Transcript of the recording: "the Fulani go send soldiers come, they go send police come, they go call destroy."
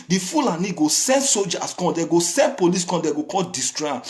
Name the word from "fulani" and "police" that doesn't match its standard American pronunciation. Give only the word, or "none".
none